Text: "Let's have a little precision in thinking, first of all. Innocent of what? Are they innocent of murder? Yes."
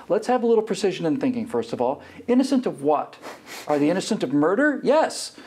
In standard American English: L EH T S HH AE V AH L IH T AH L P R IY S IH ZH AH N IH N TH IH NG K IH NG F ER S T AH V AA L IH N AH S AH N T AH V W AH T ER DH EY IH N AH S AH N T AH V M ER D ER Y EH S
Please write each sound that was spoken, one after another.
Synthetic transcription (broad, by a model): L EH T S HH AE V AH L IH T L P R IY S IH ZH AH N IH N TH IH NG K IH NG F ER S T AH V AA L IH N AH S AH N T AH V W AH T ER DH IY IH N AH S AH N T AH V M ER D ER Y EH S